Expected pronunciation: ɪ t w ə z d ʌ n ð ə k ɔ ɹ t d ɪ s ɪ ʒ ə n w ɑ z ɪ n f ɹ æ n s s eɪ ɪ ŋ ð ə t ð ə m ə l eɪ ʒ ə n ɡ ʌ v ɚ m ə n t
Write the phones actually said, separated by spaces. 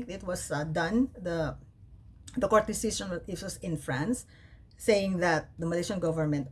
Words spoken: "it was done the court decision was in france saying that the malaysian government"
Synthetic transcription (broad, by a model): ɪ t w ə s d ʌ n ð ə k ɔ ɹ t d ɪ s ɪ s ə n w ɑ s ɪ n f ɹ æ n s s eɪ ɪ ŋ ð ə t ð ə m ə l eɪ ʃ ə n ɡ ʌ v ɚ m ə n t